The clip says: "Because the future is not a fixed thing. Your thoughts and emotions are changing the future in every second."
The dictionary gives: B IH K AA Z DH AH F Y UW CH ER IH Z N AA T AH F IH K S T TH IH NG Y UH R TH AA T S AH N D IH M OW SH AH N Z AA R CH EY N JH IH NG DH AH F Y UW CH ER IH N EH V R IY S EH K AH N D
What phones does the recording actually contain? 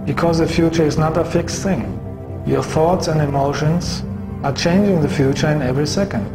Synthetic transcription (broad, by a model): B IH K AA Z DH AH F Y UW CH ER IH Z N AA T AH F IH K S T TH IH NG Y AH R TH AA T S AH N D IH M OW SH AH N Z AA R CH EY N JH IH NG DH AH F Y UW CH ER IH N EH V R IY S EH K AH N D